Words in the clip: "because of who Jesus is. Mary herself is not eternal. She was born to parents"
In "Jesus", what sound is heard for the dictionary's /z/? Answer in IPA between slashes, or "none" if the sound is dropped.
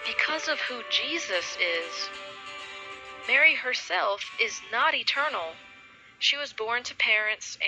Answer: /z/